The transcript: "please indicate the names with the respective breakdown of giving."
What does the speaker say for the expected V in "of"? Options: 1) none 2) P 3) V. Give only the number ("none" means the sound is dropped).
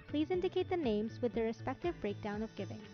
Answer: 3